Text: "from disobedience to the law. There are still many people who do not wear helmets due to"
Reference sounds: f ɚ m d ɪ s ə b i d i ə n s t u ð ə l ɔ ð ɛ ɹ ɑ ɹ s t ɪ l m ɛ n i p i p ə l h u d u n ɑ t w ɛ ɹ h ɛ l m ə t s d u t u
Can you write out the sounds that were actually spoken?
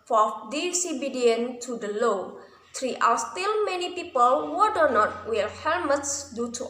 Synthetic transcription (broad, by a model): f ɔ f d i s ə b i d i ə n t u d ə l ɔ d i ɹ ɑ l s t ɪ l m ɛ n i p i p ə l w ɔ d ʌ n ɑ t w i l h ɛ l m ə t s d u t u